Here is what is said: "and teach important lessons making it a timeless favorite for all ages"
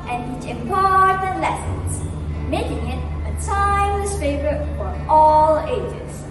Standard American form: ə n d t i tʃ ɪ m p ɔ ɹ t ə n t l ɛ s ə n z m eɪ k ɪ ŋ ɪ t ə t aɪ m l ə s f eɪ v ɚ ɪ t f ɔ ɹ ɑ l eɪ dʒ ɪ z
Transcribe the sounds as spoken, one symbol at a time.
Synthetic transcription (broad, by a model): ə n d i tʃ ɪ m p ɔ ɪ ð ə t l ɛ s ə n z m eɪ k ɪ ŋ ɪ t ə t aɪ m ə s f eɪ v ɚ ɪ t f ɔ ɹ ɑ l eɪ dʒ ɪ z